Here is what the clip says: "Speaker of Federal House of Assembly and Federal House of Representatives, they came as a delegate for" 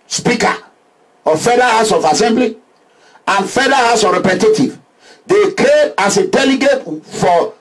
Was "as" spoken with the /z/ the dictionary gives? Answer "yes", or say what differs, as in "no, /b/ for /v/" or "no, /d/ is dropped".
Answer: no, /s/ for /z/